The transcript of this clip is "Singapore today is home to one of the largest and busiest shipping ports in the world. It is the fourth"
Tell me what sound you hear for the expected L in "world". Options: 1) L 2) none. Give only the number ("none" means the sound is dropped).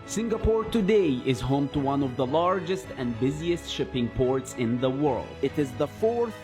1